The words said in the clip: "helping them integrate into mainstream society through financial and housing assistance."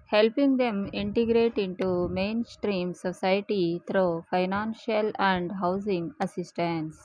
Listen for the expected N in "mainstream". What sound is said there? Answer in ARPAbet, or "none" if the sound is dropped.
N